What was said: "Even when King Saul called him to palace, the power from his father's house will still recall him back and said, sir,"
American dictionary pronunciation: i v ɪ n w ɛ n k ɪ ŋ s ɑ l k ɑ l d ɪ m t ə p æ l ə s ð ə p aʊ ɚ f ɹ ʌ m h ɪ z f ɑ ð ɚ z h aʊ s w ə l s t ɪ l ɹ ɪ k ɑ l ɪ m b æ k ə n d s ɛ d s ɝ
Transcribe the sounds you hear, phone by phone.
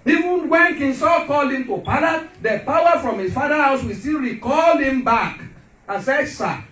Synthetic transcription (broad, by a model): i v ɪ n w ɛ n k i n s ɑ k ɑ l ɪ m t ə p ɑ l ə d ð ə p aʊ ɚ f ɹ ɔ m h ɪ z f ɑ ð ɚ h aʊ s w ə s t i l ɹ ɪ k ɑ l ɪ m b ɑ k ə n s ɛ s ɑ